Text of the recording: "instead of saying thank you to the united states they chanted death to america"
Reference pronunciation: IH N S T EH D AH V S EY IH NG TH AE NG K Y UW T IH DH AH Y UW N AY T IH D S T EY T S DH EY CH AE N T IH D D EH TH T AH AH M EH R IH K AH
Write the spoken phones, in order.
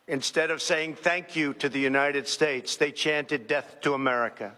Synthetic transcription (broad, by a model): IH N S T EH D AH V S EY IH NG TH AE NG K Y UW T IH DH AH Y UW N AY T IH D S T EY T S DH EY CH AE N T IH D D EH TH T AH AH M EH R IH K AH